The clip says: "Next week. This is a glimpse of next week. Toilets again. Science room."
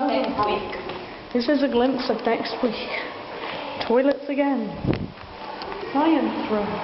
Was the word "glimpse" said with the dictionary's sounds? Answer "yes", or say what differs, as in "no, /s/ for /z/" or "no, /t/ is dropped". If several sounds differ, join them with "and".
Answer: yes